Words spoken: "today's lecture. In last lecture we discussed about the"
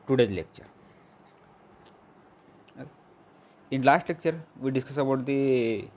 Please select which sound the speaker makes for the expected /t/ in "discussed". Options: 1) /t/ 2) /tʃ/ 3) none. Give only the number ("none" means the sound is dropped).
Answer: 3